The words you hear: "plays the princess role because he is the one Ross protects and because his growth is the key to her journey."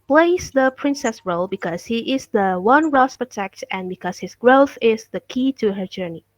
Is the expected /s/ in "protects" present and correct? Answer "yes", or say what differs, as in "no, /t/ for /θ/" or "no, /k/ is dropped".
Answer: no, /s/ is dropped